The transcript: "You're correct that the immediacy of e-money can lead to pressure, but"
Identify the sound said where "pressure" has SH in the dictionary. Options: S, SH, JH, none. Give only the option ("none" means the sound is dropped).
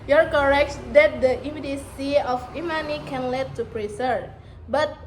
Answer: S